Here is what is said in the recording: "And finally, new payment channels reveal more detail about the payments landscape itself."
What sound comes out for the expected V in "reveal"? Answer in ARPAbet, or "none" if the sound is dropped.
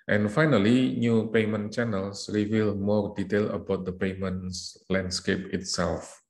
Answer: V